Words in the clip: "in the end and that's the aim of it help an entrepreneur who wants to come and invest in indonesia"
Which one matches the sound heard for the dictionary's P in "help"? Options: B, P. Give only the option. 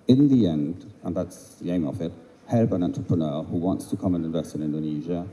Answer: B